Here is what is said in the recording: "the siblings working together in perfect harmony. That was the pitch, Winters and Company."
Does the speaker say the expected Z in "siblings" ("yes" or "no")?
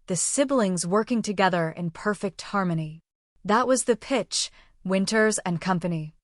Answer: yes